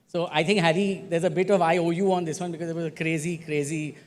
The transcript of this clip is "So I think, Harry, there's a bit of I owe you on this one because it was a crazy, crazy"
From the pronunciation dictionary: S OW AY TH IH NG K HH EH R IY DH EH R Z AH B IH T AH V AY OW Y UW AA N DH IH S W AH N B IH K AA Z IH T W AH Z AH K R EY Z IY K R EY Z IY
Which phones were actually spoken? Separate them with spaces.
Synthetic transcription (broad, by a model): S OW AY T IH NG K HH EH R IY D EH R Z AH B IH T AH V AY OW Y UW AA N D IH S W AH N B IH K AA Z IH T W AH Z AH K R EY Z IY K R EY Z IY